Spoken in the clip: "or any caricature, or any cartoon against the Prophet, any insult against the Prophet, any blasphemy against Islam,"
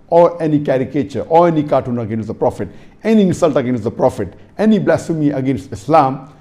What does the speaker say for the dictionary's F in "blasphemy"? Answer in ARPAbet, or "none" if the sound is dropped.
none